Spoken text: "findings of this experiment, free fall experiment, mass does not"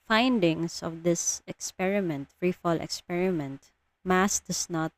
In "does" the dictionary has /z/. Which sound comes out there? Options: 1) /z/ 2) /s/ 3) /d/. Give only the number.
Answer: 2